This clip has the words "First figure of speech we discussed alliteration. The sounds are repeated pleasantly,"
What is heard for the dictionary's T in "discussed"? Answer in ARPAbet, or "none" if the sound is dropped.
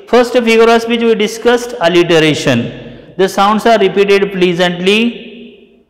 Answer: T